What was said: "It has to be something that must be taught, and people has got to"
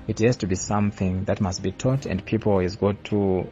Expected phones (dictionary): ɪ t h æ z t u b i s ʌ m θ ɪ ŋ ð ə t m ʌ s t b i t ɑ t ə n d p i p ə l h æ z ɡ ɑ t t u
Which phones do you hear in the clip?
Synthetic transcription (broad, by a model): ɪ t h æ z t u b i s ʌ m θ ɪ ŋ ð ə t m ʌ s t b i t ɑ t ə n d p i p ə l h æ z ɡ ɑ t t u